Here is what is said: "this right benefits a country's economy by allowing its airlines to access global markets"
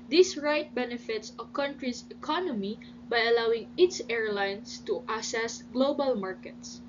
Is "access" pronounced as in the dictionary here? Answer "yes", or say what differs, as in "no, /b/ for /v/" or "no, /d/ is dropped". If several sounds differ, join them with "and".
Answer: no, /k/ is dropped